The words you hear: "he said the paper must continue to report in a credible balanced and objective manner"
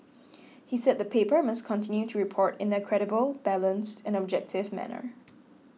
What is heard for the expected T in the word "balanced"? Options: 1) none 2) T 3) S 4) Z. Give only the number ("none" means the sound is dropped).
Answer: 2